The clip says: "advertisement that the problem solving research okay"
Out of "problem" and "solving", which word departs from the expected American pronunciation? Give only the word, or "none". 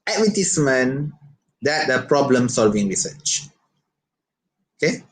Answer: none